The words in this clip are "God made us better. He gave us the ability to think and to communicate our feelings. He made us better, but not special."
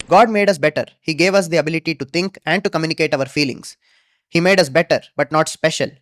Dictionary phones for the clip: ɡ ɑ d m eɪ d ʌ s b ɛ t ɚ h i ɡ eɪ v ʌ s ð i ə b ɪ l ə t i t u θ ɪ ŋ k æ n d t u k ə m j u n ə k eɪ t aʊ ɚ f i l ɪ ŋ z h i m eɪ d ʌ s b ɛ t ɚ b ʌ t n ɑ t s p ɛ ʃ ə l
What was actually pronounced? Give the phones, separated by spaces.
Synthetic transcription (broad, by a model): ɡ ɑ d m eɪ d ʌ s b ɛ t ɚ h i ɡ eɪ v ʌ s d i ə b ɪ l ə t i t u t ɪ ŋ k æ n d t u k ə m j u n ə k eɪ t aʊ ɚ f i l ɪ ŋ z h i m eɪ d ʌ s b ɛ t ɚ b ʌ t n ɑ t s p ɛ ʃ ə l